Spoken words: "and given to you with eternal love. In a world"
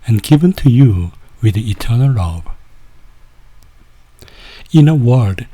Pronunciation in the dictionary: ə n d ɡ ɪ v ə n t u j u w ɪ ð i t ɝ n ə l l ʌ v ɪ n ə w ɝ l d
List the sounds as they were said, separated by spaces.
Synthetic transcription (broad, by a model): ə n ɡ ɪ v ə n t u j u w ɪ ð i t ɝ n ə l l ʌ b ɪ n ə w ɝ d